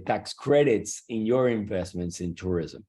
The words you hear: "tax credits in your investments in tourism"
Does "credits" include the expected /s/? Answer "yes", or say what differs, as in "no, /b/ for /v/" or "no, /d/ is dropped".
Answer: yes